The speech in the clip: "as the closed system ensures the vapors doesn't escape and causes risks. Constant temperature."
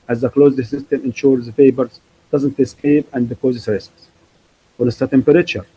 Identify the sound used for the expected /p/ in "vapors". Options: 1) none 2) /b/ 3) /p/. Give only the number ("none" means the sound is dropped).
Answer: 2